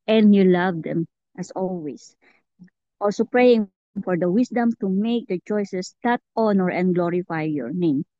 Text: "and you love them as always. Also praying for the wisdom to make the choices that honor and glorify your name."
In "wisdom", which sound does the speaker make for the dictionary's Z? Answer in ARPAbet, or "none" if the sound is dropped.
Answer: S